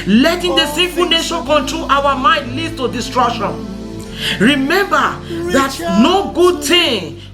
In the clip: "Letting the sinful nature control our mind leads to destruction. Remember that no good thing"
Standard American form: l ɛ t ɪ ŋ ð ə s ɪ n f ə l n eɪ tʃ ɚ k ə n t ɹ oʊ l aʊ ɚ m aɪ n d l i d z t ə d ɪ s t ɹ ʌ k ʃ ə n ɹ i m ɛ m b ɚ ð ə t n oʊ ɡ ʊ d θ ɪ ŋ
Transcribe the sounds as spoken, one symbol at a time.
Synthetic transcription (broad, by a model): l ɛ t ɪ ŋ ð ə s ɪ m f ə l n eɪ ʃ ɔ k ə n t ɹ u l aʊ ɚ m aɪ n d l i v t ə d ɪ s t ɹ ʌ k ʃ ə n ɹ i m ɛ m b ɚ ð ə t n oʊ ɡ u d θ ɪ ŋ